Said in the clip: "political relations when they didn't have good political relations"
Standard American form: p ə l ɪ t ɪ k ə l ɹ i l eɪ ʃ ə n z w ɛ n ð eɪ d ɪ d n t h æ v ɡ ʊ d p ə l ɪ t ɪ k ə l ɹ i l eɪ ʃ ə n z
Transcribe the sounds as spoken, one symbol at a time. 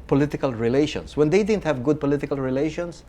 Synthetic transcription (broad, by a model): p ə l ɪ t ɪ k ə l ɹ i l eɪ ʃ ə n s w ɛ n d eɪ d ɪ d n t h æ v ɡ ʊ d p ə l ɪ t ɪ k ə l ɹ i l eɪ ʃ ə n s